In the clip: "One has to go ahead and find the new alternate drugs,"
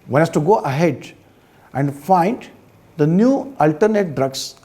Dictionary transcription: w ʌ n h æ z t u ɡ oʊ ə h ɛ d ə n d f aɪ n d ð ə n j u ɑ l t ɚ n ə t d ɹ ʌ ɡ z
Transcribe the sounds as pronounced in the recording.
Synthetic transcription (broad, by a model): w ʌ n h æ s t u ɡ oʊ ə h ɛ d ə n d f aɪ n d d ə n j u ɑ l t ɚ n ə t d ɹ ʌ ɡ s